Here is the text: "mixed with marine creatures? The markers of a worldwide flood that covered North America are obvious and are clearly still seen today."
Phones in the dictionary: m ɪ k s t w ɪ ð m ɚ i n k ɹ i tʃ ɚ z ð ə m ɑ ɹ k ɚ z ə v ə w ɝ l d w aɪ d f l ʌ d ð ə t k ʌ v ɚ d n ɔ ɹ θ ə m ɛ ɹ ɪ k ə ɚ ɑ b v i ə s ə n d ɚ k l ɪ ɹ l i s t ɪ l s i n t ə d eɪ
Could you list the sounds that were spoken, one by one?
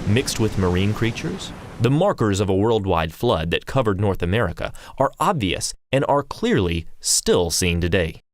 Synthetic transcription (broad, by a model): m ɪ k s t w ɪ ð m ɚ i n k ɹ i tʃ ɚ z ð ə m ɑ ɹ k ɚ z ə v ə w ɝ l d w aɪ d f l ʌ d ð ə t k ʌ v ɚ d n ɔ ɹ θ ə m ɛ ɹ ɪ k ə ɚ ɑ b v i ə s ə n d ɚ k l ɪ ɹ l i s t ɪ l s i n t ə d eɪ